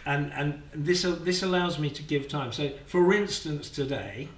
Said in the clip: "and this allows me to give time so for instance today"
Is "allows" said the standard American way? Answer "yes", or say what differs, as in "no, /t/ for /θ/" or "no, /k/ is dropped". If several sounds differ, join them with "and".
yes